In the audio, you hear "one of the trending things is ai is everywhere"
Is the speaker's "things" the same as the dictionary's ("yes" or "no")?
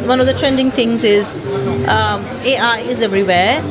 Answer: no